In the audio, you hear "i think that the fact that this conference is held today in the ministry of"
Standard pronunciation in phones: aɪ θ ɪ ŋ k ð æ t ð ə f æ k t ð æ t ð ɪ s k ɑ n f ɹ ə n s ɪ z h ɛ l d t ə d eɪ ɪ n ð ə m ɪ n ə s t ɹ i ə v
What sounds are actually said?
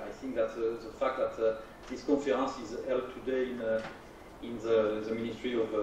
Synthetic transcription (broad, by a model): aɪ θ ɪ ŋ k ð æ t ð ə f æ k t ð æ t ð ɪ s k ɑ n f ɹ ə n s ɪ z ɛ l t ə d eɪ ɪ n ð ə m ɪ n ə s t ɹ i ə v